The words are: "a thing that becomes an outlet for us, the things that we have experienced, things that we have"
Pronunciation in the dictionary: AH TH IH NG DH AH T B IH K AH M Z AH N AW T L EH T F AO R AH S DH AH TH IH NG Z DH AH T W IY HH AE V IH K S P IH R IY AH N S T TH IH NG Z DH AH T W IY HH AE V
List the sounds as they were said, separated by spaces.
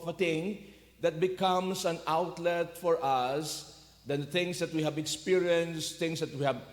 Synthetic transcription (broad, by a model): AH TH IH NG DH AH T B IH K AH M S AH N AW T L EH T F AO R AH S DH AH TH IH NG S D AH T W IY HH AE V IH K S P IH R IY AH N S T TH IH NG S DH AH T W IY HH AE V